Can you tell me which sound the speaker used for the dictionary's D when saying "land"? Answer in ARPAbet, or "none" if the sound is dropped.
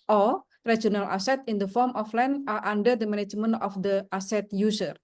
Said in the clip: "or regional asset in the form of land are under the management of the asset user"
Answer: none